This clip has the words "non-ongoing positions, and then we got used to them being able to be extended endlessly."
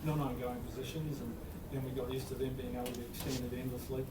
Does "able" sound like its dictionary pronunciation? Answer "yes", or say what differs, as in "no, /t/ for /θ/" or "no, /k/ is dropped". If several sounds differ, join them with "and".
no, /b/ is dropped